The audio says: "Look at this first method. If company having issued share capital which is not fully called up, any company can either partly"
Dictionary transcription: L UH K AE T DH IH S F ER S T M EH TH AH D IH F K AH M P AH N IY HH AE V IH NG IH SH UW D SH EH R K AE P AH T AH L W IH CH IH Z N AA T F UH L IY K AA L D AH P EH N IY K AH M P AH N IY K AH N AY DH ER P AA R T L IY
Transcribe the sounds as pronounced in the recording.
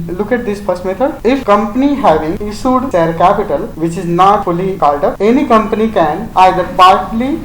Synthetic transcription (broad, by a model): L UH K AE T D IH S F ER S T M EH T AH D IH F K AH M P AH N IY HH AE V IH NG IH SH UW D S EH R K AE P AH T AH L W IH CH IH Z N AA T F UH L IY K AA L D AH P EH N IY K AH M P AH N IY K AH N AY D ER P AA R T L IY